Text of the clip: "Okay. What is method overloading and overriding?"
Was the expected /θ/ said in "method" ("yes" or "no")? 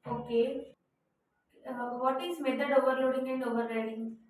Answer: no